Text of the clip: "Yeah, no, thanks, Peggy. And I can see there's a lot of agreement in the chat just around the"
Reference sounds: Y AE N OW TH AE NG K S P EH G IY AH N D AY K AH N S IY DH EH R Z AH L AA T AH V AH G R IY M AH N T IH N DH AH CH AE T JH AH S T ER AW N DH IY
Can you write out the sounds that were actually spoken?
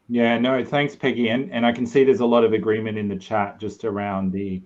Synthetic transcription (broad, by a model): Y AE N OW TH AE NG K S P EH G IY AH N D AY K N S IY DH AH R Z AH L AA T AH V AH G R IY M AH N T IH N DH AH CH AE T JH AH S T ER AW N DH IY